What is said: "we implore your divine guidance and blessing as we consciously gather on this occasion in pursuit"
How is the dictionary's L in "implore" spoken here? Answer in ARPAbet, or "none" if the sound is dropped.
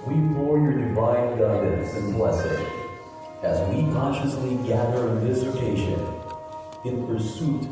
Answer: none